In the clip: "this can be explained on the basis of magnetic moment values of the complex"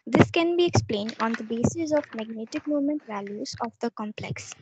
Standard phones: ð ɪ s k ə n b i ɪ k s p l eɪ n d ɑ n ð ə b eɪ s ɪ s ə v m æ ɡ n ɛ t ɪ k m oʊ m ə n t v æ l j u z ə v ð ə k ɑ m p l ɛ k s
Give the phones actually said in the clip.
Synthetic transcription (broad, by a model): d ɪ s k ə n b i ɪ k s p l eɪ n d ɑ n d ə b eɪ s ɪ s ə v m æ ɡ n ɛ t ɪ k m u m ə n t v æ l j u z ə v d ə k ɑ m p l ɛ k s